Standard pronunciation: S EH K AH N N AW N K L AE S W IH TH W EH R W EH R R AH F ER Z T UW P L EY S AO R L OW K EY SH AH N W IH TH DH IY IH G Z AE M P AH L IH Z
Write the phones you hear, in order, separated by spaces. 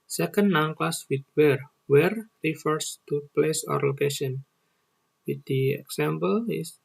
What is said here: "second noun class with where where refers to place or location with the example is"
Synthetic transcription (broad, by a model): S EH K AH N N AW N K L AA S W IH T W EH R W EH R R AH F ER S T UW P L EY S AO R L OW K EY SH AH N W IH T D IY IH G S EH M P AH L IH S